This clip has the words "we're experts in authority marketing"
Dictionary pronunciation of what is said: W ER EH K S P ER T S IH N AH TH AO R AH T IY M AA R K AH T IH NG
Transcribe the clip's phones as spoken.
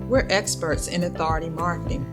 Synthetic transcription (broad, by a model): W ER EH K S P ER T S IH N AH TH AO R AH T IY M AA R K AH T IH NG